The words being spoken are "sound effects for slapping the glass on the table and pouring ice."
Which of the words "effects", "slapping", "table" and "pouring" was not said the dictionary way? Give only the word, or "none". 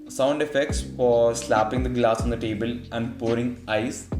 none